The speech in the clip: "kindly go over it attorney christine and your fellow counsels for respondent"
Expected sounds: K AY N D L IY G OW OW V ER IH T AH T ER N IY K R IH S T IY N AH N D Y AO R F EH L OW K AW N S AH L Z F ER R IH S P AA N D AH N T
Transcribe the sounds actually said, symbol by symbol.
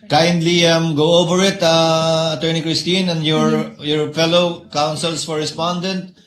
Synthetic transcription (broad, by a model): K AY N D L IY G OW OW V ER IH T AH T ER N IY K R IH S T IY N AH N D Y AO R F EH L OW K AW N S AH L S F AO R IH S P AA N D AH N T